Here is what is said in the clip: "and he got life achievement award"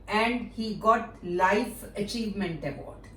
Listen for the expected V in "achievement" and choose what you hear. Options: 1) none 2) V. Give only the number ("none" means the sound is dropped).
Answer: 2